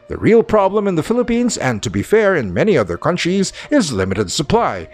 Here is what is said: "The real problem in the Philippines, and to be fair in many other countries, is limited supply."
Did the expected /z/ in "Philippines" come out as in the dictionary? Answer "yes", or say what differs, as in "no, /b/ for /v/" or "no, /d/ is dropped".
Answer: yes